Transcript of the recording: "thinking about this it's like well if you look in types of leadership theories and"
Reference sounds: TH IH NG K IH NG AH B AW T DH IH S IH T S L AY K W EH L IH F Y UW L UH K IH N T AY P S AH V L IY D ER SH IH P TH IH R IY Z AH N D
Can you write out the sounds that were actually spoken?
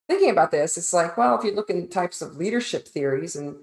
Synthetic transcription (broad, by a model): TH IH NG K IH NG AH B AW T DH IH S IH T S L AY K W EH L IH F Y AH L UH K IH N T AY P S AH V L IY D ER SH IH P TH IH R IY Z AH N